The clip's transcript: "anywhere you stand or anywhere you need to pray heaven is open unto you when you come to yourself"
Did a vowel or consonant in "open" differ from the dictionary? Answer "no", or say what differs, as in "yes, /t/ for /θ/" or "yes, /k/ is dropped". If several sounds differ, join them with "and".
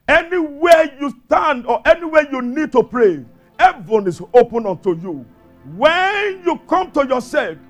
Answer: no